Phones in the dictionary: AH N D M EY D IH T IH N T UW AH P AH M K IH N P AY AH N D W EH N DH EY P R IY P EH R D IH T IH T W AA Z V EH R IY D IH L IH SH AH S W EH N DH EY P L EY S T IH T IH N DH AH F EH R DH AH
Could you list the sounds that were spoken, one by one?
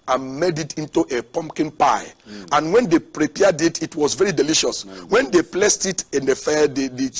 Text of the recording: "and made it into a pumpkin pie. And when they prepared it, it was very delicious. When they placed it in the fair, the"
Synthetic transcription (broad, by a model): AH N M EY D IH T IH N T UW AH P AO M K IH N P AY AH N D W EH N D EY P R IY P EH D IH T IH T W AA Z V EH R IY D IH L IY SH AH S W EH N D EY P L EY S T IH T IH N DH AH F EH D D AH